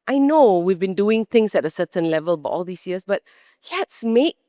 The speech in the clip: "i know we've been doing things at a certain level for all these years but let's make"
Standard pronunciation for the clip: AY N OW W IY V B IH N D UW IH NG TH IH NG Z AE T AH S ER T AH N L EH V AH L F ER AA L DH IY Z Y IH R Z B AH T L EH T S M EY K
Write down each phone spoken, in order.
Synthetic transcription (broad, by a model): AY N OW W IY V B IH N D UW IH NG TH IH NG S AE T AH S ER T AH N L EH V AH L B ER AA L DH IY S Y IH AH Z B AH T L EH T S M EY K